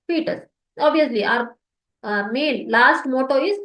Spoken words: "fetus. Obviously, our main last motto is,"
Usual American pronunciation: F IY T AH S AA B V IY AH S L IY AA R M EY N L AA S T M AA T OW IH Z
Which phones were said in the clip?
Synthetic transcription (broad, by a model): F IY T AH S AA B IY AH S L IY AA R M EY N L AA S T M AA T OW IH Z